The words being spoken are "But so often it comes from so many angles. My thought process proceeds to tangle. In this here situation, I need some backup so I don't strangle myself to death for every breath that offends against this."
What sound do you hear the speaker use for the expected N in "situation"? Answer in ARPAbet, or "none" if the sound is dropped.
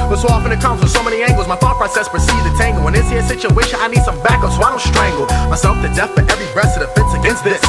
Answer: none